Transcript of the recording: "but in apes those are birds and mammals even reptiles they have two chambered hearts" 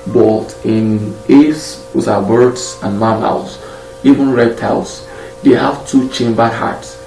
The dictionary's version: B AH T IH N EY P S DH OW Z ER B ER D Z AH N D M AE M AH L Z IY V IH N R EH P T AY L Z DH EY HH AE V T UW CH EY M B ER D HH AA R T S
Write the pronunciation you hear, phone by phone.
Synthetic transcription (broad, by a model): B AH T IH N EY F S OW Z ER B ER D S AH N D M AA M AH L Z IY V IH N R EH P T AY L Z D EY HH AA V T UW CH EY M B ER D HH AA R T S